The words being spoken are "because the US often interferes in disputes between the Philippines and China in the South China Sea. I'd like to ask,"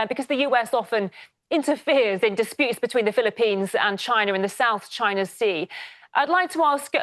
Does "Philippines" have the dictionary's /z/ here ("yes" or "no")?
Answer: yes